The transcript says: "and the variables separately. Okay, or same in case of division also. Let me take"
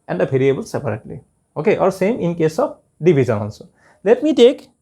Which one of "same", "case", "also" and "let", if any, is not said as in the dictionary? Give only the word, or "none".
also